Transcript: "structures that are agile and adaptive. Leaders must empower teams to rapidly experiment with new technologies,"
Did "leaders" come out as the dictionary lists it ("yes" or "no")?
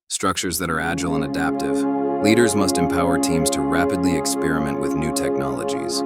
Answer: yes